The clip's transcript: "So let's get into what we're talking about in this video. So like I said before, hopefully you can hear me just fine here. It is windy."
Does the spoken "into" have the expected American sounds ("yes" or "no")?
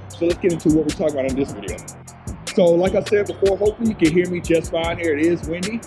yes